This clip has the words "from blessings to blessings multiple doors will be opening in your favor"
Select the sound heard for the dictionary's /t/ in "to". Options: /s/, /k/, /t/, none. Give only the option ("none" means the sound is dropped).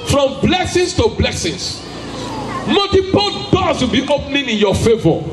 /t/